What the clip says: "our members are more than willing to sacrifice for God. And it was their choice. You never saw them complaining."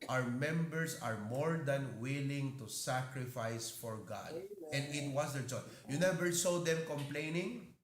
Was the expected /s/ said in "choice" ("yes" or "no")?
no